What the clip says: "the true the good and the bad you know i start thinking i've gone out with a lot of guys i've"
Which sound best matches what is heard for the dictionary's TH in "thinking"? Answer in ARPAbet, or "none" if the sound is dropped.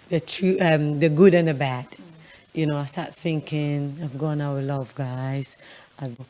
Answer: TH